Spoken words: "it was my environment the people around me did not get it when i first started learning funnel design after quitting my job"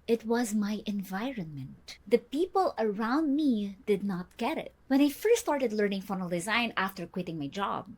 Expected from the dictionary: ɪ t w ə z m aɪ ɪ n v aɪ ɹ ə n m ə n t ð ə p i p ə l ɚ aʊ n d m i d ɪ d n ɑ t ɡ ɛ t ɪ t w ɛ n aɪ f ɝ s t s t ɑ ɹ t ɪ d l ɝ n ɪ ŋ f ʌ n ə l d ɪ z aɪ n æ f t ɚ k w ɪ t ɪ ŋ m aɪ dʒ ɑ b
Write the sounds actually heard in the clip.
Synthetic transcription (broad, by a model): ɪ t w ə z m aɪ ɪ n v aɪ ɹ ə n m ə n t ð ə p i p ə l ɚ aʊ n d m i d ɪ d n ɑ t ɡ ɛ t ɪ t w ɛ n aɪ f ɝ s s t ɑ ɹ t ɪ d l ɝ n ɪ ŋ f ʌ n ə l d ɪ z aɪ n æ f t ɚ k w ɪ t ɪ ŋ m aɪ dʒ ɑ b